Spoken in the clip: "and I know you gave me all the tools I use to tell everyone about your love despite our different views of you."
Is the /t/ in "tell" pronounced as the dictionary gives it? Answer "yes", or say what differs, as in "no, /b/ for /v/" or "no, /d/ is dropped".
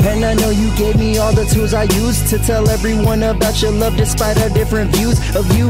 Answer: yes